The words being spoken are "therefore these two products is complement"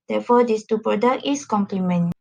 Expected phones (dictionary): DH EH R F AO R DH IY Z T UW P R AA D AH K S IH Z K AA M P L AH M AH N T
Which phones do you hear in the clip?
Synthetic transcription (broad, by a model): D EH F AO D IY S T UW P R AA D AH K IH S K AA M P L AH M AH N